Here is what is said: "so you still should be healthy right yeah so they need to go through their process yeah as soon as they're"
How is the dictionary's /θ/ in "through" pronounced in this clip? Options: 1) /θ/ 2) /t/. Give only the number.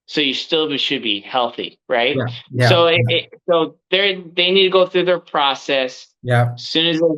1